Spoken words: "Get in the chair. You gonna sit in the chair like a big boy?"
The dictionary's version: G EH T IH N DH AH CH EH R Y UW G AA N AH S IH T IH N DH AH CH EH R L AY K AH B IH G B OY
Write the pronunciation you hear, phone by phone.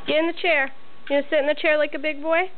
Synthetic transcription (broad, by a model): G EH T IH N DH AH CH EH R Y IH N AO AH S IH T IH N DH AH CH EH R L AY K AH B IH G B OY